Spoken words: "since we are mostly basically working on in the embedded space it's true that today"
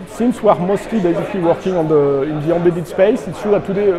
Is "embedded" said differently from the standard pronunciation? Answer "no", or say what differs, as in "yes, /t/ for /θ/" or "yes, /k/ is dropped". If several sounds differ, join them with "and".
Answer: yes, /m/ is dropped